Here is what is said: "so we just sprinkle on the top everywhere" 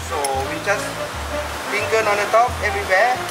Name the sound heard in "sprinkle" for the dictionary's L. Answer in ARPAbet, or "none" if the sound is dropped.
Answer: N